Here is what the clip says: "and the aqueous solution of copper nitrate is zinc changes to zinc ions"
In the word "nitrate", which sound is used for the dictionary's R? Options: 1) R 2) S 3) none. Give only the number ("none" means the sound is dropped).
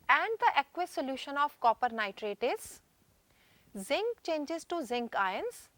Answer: 1